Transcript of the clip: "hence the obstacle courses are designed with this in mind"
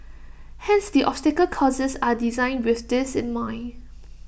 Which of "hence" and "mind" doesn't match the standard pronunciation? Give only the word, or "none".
mind